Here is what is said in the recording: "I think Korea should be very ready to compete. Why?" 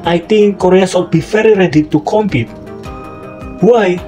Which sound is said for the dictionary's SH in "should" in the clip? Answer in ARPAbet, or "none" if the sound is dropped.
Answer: S